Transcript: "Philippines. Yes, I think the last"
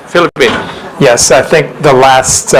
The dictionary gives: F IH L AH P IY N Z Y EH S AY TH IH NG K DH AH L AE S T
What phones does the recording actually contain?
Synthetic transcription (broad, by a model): F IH L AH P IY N Y EH S AY TH IH NG K DH AH L AE S T